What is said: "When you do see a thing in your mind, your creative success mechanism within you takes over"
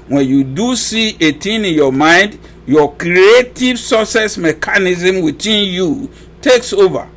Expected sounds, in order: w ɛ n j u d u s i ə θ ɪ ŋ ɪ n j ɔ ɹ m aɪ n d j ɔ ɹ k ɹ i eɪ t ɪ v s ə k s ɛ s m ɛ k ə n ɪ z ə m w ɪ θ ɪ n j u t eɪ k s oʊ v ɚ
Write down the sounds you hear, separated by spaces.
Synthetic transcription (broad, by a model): w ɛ n j u d u s i ə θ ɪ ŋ ɪ n j ɔ m aɪ n d j ɔ k ɹ i eɪ t ɪ v s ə s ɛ s m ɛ k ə n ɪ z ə m w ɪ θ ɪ n j u t eɪ k s oʊ v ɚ